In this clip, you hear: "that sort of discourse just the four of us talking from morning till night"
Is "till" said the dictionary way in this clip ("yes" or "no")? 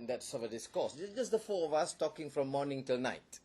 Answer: yes